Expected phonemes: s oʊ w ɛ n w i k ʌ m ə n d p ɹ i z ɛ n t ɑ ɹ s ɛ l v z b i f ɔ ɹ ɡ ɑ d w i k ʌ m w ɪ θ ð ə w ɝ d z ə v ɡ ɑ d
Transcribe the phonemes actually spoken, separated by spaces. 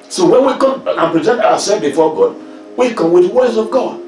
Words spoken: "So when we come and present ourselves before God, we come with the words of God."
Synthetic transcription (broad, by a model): s oʊ w ɛ n w i k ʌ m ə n p ɹ i z ɛ n t ɑ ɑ s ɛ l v b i f ɔ ɡ ɑ d w i k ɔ m w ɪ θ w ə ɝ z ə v ɡ ɑ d